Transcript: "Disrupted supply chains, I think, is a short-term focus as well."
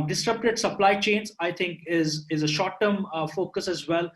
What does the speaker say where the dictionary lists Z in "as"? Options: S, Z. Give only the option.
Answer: Z